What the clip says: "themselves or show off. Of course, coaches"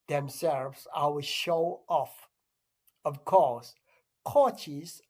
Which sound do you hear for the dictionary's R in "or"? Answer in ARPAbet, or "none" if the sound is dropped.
W